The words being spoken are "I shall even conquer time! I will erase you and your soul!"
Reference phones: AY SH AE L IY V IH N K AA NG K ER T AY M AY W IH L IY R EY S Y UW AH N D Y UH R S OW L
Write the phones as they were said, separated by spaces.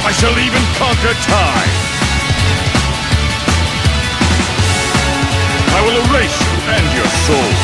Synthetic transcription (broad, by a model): AY SH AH L IY V IH N K AA NG K ER T AY AY W IH L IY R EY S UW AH N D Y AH R S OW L